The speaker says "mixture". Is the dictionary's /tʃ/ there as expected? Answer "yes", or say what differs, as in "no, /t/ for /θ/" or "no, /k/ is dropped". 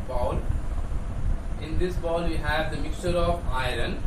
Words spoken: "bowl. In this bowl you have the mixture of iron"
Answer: yes